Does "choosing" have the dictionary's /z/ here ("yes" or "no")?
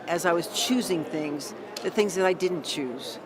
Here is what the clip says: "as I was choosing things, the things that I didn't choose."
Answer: yes